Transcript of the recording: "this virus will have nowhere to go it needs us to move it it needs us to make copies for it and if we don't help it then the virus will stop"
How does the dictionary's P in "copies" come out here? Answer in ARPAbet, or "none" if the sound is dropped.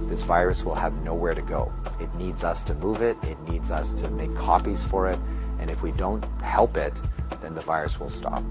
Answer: P